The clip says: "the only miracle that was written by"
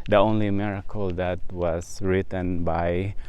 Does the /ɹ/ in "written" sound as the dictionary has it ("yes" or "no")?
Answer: yes